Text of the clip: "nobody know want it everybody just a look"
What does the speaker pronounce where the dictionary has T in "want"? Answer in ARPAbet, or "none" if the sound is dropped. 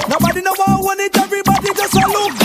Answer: none